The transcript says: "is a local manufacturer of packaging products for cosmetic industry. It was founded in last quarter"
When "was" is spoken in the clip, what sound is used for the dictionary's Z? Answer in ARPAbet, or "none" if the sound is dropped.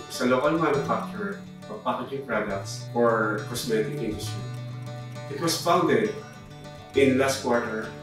S